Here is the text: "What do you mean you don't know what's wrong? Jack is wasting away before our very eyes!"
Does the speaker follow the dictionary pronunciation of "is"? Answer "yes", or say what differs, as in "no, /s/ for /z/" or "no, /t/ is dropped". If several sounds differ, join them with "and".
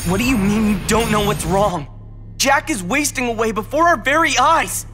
yes